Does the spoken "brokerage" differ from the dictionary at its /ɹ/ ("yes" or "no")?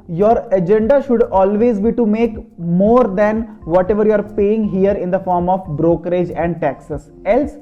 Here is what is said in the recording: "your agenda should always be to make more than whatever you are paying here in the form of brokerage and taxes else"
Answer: no